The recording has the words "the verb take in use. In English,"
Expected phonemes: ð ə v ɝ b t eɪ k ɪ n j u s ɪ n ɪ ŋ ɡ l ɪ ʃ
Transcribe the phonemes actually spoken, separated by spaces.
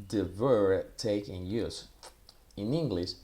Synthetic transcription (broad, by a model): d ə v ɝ t eɪ k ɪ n j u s ɪ n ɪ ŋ ɡ l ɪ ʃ